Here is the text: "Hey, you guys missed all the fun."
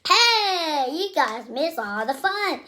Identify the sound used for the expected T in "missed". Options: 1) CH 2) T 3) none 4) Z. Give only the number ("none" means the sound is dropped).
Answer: 3